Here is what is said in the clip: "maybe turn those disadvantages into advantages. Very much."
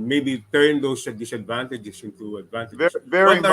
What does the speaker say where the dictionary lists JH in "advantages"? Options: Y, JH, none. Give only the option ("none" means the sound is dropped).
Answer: none